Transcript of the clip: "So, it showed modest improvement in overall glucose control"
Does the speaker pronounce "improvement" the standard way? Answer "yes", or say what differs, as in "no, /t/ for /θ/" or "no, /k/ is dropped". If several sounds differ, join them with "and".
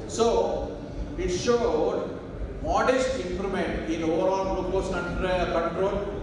no, /v/ is dropped